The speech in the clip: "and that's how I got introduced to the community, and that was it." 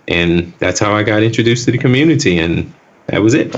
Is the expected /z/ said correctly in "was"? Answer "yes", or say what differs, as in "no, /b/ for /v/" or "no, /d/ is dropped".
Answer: yes